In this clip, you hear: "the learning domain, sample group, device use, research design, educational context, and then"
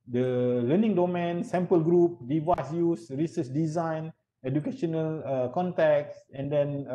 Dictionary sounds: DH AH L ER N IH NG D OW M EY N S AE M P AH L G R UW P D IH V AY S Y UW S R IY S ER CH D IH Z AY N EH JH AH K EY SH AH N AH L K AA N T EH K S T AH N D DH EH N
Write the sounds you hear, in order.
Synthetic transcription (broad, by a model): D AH L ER N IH NG D OW M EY N S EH M P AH L G R UW P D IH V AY S Y UW S R IY S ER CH D IH Z AY N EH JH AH K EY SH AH N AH L K AA N T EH K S AH N D EH N